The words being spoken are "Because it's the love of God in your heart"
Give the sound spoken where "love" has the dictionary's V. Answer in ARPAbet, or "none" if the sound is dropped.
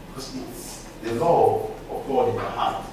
none